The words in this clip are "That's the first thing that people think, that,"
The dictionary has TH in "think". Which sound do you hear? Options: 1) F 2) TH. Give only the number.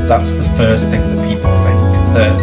1